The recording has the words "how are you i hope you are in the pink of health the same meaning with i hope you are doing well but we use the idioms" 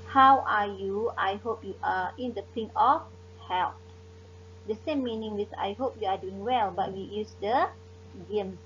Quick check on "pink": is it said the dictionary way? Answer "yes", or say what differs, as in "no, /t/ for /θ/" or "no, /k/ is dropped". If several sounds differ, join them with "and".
no, /k/ is dropped